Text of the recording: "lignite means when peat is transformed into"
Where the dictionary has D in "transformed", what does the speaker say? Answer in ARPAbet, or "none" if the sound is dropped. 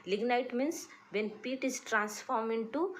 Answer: none